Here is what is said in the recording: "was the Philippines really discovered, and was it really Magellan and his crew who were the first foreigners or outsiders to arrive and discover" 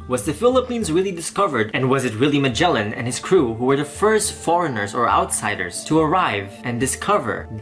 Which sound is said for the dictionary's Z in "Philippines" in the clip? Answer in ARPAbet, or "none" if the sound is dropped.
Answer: Z